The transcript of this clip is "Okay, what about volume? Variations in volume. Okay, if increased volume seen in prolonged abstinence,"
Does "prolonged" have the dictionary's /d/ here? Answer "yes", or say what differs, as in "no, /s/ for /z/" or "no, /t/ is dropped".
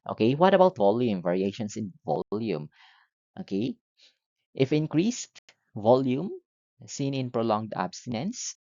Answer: yes